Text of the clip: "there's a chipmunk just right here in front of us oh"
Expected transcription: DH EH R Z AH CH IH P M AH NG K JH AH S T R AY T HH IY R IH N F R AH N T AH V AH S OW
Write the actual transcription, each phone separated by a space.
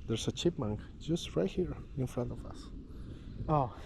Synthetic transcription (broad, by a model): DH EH R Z AH CH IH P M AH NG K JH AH S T R AY T HH IY R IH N F R AH N T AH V AH S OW